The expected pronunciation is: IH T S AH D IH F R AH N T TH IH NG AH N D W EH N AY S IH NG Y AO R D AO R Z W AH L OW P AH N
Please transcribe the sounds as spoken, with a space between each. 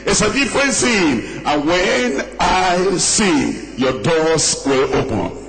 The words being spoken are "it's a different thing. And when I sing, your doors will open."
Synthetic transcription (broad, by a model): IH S AH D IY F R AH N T S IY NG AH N W EH N AY S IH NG Y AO D AO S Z W AH L OW P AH N